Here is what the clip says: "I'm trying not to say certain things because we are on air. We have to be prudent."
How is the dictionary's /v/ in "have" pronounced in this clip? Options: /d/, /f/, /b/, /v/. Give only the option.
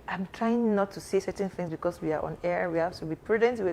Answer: /f/